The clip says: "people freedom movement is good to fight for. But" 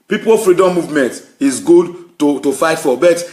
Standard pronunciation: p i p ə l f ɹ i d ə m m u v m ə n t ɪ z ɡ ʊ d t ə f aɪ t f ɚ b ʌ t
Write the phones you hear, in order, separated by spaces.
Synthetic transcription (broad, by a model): p i p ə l f ɹ i d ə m m u v m ə n t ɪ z ɡ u d t ə f aɪ t f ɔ b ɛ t